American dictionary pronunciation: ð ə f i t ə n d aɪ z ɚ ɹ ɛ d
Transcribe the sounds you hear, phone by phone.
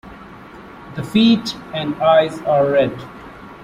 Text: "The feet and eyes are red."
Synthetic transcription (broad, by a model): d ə f i t ə n d aɪ z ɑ ɹ ɛ d